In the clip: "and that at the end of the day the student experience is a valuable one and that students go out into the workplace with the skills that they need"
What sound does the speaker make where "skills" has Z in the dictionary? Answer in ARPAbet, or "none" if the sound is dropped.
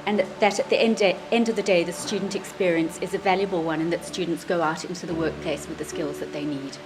Z